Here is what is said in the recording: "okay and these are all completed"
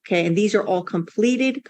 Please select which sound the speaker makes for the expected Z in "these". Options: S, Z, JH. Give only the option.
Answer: Z